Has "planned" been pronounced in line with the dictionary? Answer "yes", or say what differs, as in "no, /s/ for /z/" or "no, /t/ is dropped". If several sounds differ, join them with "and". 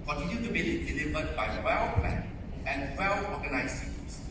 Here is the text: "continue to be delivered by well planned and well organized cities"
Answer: no, /d/ is dropped